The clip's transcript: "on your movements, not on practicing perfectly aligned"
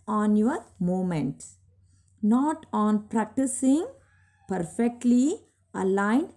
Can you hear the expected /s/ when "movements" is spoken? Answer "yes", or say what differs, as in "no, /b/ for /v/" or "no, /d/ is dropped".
no, /s/ is dropped